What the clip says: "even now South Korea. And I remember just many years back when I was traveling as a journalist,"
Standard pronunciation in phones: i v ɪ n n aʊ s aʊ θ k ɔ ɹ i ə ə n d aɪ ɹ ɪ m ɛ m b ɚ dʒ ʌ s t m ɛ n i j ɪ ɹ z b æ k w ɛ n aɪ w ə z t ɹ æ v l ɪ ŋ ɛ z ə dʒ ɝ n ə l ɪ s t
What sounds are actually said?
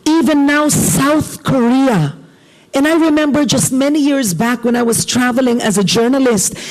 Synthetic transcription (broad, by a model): i v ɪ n n aʊ s aʊ θ k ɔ ɹ i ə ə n aɪ ɹ ɪ m ɛ m b ɚ dʒ ʌ s t m ɛ n i j ɪ ɹ z b æ k w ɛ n aɪ w ə z t ɹ æ v l ɪ ŋ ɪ z ə dʒ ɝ n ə l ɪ s t